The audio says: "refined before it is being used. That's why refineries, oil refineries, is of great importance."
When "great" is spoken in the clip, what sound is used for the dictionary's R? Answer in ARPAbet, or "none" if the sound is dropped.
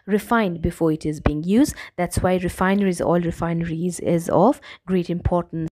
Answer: R